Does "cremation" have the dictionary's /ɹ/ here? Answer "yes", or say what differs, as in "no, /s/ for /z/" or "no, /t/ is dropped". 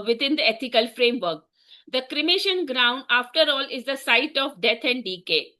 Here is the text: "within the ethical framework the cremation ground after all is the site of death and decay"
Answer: yes